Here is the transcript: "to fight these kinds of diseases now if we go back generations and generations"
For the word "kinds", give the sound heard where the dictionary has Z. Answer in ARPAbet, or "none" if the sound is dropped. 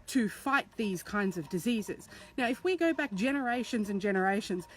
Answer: Z